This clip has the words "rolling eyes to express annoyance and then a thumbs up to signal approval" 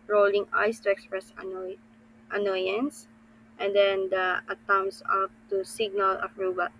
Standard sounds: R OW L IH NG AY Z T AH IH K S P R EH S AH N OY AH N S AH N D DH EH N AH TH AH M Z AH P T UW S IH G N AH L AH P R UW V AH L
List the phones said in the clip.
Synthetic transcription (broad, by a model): R OW L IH NG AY S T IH K S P R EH S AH N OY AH N S AH N D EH N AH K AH M S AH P T UW S IH G N AH L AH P R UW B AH